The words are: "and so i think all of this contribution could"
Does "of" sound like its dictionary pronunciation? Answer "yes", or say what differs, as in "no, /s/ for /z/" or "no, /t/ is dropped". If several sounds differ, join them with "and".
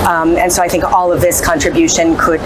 yes